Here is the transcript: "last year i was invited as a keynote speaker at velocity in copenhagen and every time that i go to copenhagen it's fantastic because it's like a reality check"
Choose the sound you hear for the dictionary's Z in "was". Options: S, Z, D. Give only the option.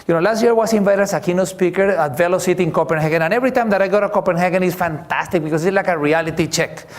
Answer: S